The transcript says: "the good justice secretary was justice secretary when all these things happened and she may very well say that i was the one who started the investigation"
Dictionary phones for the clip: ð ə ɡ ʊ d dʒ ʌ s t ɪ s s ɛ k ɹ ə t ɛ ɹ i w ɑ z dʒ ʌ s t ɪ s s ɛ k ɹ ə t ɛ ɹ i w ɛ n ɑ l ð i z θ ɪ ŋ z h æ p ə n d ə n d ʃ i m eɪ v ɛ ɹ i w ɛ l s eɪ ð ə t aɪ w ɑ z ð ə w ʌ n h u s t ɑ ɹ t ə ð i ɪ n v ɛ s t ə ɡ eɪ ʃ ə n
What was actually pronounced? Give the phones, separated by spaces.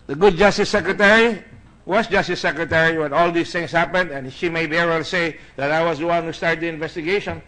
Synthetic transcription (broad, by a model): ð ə ɡ ʊ d dʒ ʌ s t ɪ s s ɛ k ɹ ə t ɛ ɹ i w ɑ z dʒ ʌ s t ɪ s s ɛ k ɹ ə t ɛ ɹ i w ɛ n ɑ l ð i s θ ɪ ŋ s h æ p ə n d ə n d ʃ i m eɪ b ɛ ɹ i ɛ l s eɪ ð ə t aɪ w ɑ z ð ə w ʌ n h u s t ɑ ɹ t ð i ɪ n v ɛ s t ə ɡ eɪ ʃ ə n